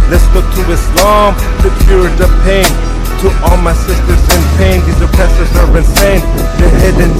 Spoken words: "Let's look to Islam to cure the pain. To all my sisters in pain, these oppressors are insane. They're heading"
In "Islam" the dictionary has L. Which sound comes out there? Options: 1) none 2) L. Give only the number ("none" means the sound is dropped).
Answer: 2